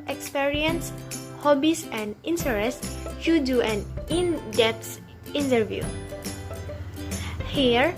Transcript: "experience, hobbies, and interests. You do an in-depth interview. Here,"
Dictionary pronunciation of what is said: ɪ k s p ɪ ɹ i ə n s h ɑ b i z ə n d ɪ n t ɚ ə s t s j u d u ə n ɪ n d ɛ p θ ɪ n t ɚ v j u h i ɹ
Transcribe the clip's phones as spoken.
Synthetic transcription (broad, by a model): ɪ k s p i ɹ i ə n s h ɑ b i s ə n d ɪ n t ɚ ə s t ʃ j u d u ə n ɪ n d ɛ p s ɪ n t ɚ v j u h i ɹ